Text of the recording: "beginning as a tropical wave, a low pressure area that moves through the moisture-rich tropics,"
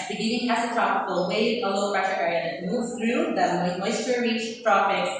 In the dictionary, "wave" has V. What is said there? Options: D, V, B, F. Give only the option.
F